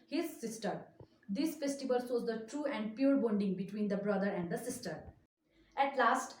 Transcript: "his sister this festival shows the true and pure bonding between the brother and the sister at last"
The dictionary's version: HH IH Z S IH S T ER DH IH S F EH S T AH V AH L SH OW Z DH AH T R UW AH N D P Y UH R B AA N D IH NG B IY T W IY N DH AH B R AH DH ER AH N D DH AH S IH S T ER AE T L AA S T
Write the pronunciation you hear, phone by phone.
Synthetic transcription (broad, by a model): HH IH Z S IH S T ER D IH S F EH S T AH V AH L S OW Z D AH T R UW AH N D P Y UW R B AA N D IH NG B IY T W IY N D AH B R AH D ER AH N D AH S IH S T ER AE T L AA S T